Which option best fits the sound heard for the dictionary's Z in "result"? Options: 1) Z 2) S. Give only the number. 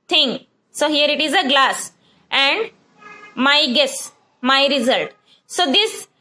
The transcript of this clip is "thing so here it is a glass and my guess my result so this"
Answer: 1